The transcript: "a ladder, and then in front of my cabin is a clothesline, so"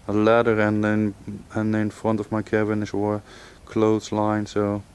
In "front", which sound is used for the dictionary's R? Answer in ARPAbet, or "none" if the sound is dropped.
R